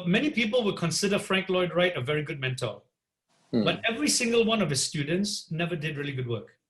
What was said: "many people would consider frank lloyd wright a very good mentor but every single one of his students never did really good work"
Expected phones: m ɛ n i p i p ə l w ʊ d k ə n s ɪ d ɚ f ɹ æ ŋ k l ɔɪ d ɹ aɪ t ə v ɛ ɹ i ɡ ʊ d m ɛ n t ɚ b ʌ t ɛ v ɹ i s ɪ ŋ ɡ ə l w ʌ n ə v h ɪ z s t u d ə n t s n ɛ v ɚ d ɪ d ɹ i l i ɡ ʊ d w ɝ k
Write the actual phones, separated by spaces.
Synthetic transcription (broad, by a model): m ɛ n i p i p ə l w ʊ d k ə n s ɪ d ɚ f ɹ æ ŋ k l ɔɪ d ɹ aɪ t ə v ɛ ɹ i ɡ ʊ d m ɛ n t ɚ b ʌ t ɛ v ɹ i s ɪ ŋ ɡ ə l w ʌ n ə v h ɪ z s t u d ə n t s n ɛ v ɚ d ɪ d ɹ i l i ɡ ʊ d w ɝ k